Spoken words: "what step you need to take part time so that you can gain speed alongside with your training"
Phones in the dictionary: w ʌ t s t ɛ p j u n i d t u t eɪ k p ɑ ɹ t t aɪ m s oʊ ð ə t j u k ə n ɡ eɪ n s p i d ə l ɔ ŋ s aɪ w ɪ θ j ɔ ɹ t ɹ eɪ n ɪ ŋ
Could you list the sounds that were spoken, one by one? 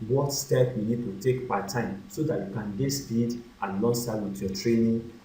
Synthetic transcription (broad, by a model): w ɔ t s t ɛ p j u n i d t u t eɪ k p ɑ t t aɪ m s oʊ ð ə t j u k ə n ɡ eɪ s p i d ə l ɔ s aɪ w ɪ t j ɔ t ɹ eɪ n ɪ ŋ